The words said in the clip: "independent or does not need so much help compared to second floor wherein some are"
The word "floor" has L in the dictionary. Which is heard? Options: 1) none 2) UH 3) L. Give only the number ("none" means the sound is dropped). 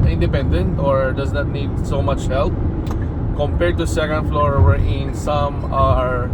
3